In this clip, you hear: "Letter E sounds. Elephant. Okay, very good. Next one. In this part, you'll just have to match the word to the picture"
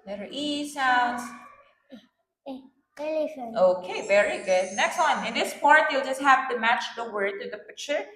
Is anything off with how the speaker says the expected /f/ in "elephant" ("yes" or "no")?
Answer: yes